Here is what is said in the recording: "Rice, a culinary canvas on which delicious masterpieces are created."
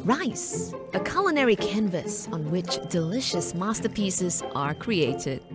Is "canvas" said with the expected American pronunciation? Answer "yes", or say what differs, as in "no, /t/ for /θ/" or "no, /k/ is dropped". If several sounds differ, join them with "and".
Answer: yes